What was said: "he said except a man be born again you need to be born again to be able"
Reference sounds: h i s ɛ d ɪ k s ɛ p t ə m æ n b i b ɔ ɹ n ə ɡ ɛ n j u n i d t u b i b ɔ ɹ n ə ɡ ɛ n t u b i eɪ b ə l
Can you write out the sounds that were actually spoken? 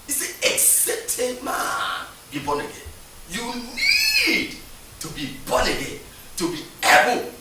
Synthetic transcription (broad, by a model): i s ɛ ɪ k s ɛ t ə m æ n b i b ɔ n ə ɡ ɛ n j u n i d t u b i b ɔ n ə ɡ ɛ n t u b i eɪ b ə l